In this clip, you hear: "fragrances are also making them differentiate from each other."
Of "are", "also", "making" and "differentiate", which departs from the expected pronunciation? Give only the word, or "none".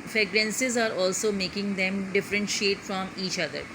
none